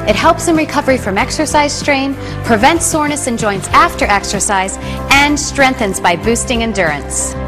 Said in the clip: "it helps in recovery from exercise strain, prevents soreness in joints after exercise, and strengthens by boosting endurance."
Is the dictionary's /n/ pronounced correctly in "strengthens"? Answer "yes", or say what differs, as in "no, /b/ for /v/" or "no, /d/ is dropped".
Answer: yes